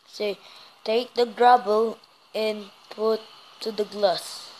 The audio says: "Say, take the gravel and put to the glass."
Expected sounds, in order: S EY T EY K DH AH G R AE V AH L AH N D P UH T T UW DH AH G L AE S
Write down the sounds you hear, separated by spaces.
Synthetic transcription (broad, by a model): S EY T EY K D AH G R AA B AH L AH N P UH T T UW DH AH G L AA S